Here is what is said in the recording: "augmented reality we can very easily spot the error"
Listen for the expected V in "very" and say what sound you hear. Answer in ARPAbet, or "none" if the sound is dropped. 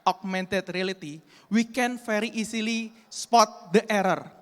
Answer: F